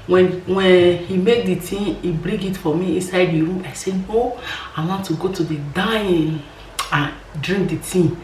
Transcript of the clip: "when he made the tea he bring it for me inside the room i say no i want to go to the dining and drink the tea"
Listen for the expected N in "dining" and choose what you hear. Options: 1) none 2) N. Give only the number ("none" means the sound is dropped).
1